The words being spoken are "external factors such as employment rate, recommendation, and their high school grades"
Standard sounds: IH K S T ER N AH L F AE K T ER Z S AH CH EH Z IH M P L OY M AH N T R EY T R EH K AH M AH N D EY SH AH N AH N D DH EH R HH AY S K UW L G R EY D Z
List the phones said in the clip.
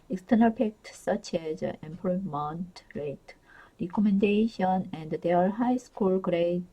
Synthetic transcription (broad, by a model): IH K S T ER N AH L P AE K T S AH CH EH Z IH M P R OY M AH N T R EY T R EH K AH M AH N D EY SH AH N AH N D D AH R HH AY S K UW L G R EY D